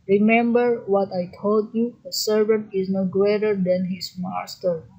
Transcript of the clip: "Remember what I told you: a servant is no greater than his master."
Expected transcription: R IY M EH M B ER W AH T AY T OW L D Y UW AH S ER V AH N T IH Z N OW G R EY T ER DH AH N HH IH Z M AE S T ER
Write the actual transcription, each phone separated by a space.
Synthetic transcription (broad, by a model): R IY M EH M B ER W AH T AY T OW L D Y UW AH S ER V AH N T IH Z N OW G R EY T ER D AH N HH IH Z M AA S T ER